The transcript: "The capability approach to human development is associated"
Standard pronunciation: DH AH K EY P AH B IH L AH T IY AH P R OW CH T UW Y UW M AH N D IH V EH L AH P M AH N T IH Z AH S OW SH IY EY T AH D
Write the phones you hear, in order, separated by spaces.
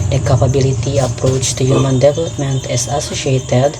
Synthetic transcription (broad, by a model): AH K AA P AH B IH L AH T IY AH P R OW CH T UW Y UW M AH N D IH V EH L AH P M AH N T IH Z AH S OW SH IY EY T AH D